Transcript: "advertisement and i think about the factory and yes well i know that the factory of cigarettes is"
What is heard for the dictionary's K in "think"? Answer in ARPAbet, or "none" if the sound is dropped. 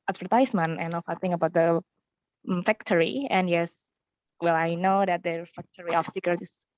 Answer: none